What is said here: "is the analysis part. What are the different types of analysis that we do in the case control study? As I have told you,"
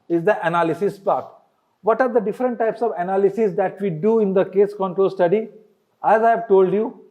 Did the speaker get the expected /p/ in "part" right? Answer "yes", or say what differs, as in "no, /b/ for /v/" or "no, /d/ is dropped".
yes